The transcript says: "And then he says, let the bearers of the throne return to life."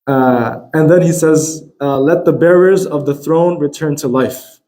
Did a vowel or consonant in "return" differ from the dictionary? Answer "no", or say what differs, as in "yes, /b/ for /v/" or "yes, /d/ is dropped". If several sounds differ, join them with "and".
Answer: no